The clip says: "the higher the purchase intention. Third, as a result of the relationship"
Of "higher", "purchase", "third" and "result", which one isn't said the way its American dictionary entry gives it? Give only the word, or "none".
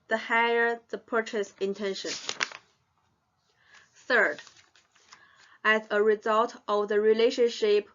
none